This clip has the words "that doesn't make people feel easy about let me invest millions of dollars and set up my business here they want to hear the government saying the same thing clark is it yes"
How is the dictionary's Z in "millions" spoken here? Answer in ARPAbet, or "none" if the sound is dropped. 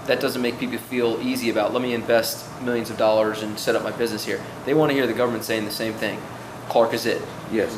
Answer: Z